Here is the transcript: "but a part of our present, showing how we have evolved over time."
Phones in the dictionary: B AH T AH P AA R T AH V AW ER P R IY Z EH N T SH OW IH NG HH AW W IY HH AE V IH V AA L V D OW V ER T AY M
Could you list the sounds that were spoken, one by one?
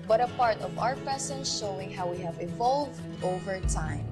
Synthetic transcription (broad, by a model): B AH T AH P AA R T AH V AW ER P IY S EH N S SH OW IH NG HH AW W IY HH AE V IH V AA L V D OW V ER T AY M